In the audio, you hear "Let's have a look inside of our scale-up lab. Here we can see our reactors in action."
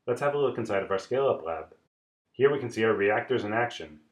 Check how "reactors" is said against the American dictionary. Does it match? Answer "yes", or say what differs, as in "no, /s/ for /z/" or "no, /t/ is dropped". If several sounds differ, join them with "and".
yes